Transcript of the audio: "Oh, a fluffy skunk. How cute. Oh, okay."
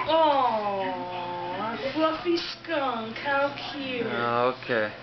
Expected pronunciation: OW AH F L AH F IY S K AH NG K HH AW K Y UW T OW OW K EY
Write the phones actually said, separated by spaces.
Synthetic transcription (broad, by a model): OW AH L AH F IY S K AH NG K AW K Y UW OW OW K EY